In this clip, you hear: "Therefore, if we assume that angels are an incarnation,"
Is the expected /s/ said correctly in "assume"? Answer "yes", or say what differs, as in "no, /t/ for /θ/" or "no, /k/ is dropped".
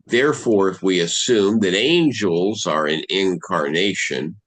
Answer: yes